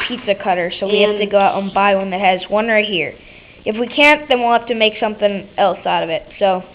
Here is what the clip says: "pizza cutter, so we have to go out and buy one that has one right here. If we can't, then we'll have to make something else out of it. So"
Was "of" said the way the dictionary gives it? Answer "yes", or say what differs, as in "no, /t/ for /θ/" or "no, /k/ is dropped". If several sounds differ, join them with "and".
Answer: yes